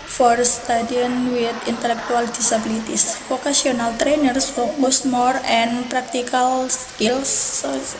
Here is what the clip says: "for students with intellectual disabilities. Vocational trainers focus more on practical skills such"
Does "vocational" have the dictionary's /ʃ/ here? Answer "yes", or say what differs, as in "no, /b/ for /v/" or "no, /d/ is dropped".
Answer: no, /s/ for /ʃ/